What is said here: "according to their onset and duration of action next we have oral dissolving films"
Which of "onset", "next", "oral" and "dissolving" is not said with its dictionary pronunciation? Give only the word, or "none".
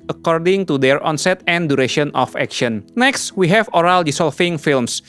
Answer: dissolving